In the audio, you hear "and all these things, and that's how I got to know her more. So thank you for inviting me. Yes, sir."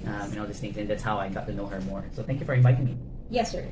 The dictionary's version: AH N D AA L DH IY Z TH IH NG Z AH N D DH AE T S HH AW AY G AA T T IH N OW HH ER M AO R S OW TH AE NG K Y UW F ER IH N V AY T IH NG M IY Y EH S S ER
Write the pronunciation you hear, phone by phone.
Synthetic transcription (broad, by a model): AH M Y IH N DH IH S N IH Z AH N DH AE T S HH AW AY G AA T T IH N OW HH ER M AO R S OW TH AE NG K Y UW F ER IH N V AY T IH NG M IY Y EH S S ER